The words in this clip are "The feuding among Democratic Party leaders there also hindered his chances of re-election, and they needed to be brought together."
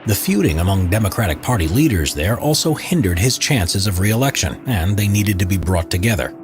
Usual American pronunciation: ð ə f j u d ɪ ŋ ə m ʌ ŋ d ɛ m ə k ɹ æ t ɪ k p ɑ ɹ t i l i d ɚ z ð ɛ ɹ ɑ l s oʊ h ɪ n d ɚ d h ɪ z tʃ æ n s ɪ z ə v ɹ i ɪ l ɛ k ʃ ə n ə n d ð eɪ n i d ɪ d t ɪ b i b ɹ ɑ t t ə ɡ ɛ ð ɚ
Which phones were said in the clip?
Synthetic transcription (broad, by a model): ð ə f j u d ɪ ŋ ə m ʌ ŋ d ɛ m ə k ɹ æ t ɪ k p ɑ ɹ t i l i d ɚ z ð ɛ ɹ ɑ l s oʊ h ɪ n d ɚ d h ɪ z tʃ æ n s ɪ z ə v ɹ i ɪ l ɛ k ʃ ə n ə n ð eɪ n i d ɪ d t ɪ b i b ɹ ɑ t t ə ɡ ɛ ð ɚ